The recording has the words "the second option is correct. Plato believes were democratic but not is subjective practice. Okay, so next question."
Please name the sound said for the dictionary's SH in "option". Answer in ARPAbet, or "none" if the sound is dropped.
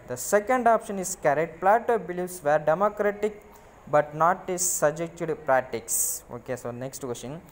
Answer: SH